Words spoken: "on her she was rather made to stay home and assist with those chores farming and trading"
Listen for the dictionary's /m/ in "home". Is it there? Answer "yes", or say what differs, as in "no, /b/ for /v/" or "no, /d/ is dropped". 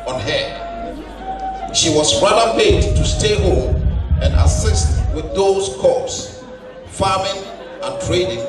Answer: no, /m/ is dropped